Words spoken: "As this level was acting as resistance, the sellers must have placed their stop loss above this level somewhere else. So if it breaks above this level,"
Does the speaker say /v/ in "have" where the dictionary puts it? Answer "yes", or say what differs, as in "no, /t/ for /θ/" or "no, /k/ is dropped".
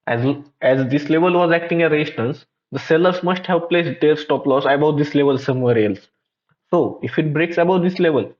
no, /p/ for /v/